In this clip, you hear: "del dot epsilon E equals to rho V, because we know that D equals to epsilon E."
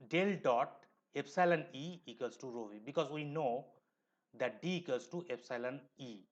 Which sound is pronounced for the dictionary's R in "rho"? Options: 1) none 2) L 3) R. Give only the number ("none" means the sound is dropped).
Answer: 3